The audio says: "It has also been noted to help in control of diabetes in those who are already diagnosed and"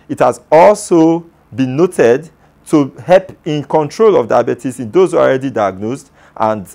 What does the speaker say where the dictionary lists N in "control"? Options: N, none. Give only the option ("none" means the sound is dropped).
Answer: N